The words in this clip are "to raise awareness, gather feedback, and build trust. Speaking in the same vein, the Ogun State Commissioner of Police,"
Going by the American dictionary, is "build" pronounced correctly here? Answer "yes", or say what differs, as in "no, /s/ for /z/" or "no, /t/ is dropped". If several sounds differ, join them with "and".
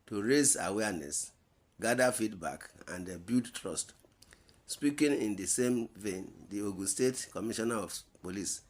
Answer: no, /l/ is dropped